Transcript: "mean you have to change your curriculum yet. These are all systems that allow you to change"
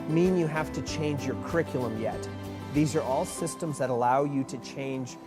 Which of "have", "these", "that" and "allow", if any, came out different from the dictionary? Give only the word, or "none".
have